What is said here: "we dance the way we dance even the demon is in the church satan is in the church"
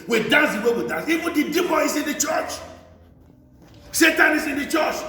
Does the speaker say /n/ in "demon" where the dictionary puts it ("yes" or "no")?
no